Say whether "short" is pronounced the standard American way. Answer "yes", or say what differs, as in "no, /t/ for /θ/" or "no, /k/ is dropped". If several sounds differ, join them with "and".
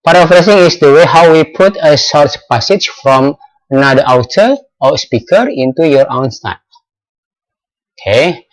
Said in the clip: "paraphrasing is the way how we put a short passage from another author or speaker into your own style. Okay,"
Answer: no, /s/ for /ʃ/